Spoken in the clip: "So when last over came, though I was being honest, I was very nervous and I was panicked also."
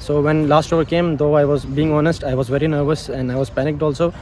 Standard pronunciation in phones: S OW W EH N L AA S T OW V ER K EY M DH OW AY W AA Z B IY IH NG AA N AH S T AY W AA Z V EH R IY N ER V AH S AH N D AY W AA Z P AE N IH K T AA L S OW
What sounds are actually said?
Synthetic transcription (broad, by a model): S OW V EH N L AA S T OW V ER K EY M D OW AY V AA Z B IY IH NG AA N AH S T AY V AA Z V EH R IY N ER V AH S AH N D AY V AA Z P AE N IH K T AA L S OW